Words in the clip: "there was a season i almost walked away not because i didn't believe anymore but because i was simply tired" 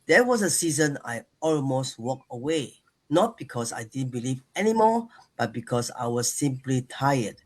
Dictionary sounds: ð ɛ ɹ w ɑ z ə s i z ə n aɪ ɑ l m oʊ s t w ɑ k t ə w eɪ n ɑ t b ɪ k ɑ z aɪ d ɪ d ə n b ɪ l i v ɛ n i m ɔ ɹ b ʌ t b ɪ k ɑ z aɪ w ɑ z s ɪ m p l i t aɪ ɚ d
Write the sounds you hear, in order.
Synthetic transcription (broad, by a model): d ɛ w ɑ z ə s i z ə n aɪ ɑ l m oʊ s t w ɑ k ə w eɪ n ɑ t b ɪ k ɑ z aɪ d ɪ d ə n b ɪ l i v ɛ n i m ɔ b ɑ t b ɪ k ɑ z aɪ w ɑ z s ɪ m p l i t aɪ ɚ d